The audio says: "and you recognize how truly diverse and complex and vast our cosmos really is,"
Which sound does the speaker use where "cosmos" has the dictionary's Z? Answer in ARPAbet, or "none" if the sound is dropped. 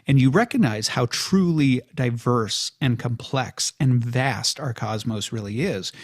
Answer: Z